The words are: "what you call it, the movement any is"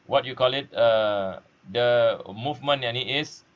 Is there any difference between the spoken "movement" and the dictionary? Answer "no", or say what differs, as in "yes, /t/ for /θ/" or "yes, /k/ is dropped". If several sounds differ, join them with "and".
yes, /t/ is dropped